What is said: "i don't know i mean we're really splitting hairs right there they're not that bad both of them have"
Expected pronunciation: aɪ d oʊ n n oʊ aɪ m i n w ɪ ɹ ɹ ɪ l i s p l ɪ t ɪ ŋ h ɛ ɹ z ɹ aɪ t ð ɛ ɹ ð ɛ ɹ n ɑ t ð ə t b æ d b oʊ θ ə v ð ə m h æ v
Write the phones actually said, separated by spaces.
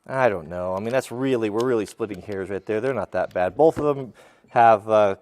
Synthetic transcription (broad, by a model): aɪ d oʊ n n oʊ aɪ m i n w ɪ ɹ ɹ ɪ l i s p l ɪ t ɪ ŋ h ɛ ɹ z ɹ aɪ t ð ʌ ɹ ð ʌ ɹ n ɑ t ð ə t b æ d b oʊ θ ə v ð ə m h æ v